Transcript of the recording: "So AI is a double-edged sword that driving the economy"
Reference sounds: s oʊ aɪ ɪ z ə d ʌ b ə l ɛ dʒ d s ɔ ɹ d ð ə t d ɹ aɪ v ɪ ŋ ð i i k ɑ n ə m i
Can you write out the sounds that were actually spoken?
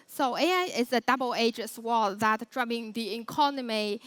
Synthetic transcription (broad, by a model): s oʊ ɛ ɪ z ə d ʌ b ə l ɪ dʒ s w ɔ ð ə t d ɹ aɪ b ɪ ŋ ð i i k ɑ n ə m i